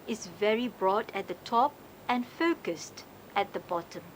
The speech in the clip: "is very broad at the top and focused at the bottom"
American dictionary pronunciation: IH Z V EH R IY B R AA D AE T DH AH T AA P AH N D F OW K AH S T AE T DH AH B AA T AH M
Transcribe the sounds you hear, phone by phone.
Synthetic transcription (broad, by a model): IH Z V EH R IY B R AA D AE T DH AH T AA P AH N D F OW K AH S T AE T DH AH B AA T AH M